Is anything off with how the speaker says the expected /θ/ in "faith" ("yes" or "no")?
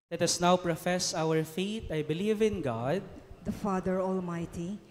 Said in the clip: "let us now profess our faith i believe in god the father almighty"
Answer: yes